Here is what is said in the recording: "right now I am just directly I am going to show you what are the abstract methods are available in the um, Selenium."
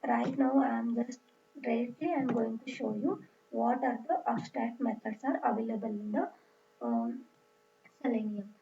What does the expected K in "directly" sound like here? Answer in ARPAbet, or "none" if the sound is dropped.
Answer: none